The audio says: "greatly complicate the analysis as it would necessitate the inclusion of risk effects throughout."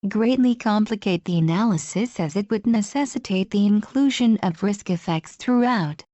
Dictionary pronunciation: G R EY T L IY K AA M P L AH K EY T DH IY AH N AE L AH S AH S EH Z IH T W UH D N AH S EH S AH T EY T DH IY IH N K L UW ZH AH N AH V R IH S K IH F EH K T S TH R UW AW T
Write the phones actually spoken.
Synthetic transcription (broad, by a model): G R EY T L IY K AA M P L AH K EY T DH IY AH N AE L AH S AH S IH Z IH T W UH D N AH S EH S AH T EY T DH IY IH N K L UW ZH AH N AH V R IH S K IH F EH K T S TH R UW AW T